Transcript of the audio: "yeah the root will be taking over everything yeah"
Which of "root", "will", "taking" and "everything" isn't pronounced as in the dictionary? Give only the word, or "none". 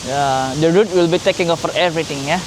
everything